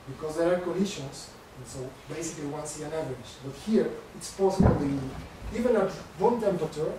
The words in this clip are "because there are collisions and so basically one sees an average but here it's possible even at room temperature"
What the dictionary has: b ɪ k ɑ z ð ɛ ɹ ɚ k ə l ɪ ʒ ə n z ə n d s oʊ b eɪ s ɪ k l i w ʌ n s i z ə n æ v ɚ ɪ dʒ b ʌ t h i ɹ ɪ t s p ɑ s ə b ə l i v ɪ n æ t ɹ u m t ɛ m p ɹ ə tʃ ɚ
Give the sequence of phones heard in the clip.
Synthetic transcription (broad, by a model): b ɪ k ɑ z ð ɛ ɹ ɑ k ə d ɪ ʃ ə n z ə n s oʊ b eɪ s ɪ k l i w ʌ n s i ə n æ v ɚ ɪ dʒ b ʌ t h i ɹ ɪ t s p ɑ s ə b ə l i v ɪ n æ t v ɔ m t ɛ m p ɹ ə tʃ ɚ